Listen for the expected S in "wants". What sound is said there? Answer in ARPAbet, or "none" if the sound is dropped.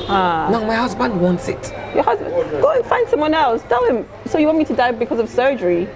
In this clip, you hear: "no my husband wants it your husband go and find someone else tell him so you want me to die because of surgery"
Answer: S